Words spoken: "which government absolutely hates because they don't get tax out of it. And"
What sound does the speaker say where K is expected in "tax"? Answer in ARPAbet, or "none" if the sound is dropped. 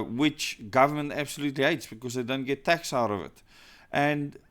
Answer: K